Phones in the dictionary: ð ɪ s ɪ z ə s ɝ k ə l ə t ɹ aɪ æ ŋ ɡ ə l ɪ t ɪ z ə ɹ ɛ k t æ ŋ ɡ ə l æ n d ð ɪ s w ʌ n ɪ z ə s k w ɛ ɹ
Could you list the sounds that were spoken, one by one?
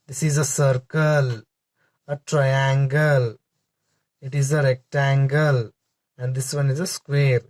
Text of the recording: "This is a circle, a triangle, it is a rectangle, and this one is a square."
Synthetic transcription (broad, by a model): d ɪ s ɪ z ə s ɝ k ə l ə t ɹ aɪ æ ŋ ɡ ə l ɪ t ɪ z ə ɹ ɛ k t æ ŋ ɡ ə l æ n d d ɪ s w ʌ n ɪ z ə s k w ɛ ɹ